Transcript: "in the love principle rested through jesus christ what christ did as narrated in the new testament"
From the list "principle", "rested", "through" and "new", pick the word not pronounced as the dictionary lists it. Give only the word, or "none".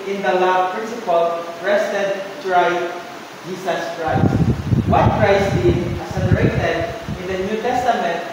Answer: through